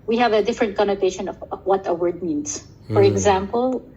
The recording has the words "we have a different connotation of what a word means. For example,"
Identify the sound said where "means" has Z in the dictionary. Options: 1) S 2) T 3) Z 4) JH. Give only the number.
1